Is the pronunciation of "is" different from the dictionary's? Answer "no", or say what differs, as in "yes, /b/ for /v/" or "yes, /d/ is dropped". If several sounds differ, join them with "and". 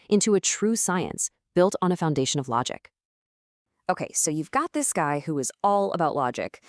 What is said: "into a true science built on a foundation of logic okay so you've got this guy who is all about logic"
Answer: no